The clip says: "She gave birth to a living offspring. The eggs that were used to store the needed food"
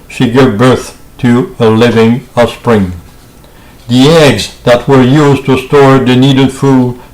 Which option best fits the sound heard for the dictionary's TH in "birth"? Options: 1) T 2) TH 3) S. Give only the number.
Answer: 2